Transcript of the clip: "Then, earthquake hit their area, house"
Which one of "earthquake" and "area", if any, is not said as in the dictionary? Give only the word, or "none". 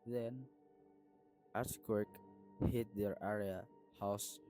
earthquake